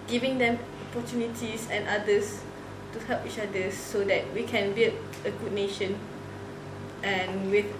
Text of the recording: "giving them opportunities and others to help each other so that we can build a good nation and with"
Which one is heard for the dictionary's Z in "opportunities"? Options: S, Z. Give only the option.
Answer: S